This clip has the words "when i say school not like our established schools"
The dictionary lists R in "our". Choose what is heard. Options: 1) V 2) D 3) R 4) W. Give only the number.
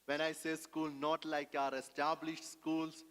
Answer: 3